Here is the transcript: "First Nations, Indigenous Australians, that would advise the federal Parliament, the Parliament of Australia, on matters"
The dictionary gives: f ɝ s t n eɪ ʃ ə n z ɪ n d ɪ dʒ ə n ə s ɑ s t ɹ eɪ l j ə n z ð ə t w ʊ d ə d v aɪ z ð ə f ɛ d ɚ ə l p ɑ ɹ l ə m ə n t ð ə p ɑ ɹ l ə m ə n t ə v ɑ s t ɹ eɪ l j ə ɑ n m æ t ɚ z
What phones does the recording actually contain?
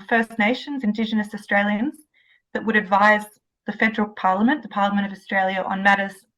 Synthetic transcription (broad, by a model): f ɝ s n eɪ ʃ ə n z ɪ n d ɪ dʒ ə n ə s ɑ s t ɹ eɪ l j ə n z ð ə t w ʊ d ə d v aɪ z ð ə f ɛ d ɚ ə l p ɑ ɹ l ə m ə n ð ə p ɑ ɹ l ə m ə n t ə v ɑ s t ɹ eɪ l j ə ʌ n m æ t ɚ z